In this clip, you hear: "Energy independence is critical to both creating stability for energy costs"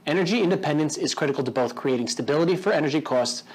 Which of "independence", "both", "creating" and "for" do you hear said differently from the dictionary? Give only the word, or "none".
none